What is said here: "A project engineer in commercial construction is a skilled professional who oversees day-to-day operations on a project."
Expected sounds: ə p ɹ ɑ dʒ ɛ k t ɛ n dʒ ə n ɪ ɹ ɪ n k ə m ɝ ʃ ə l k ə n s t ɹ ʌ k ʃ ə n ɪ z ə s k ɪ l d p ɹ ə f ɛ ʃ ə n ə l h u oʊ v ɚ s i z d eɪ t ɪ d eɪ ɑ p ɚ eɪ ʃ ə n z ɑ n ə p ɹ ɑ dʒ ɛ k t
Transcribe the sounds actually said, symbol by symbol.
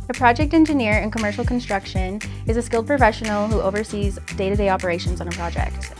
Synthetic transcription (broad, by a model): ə p ɹ ɑ dʒ ɛ k t ɛ n dʒ ə n ɪ ɹ ɪ n k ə m ɝ ʃ l k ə n s t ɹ ʌ k ʃ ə n ɪ z ə s k ɪ l d p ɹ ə f ɛ ʃ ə n l h u oʊ v ɚ s i z d eɪ t ɪ d eɪ ɑ p ɚ eɪ ʃ ə n z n ə p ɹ ɑ dʒ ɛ k t